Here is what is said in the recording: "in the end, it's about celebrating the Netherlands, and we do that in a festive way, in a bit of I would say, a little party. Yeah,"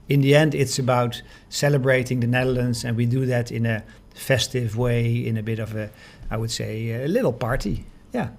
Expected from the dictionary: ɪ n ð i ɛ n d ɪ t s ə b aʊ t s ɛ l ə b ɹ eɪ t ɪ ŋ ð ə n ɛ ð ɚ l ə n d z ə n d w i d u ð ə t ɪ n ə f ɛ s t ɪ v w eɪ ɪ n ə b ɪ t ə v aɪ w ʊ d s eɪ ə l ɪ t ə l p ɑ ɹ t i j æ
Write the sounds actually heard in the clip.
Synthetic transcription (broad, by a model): ɪ n ð i ɛ n d ɪ t s ə b aʊ t s ɛ l ə b ɹ eɪ t ɪ ŋ ð ə n ɛ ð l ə n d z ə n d w i d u ð ə t ɪ n ə f ɛ s t ɪ v w eɪ ɪ n ə b ɪ t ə v aɪ w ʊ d s eɪ ə l ɪ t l p ɑ ɹ t i j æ